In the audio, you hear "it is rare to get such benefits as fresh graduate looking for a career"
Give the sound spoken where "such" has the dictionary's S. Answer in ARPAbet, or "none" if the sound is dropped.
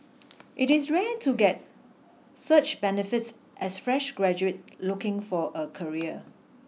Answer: S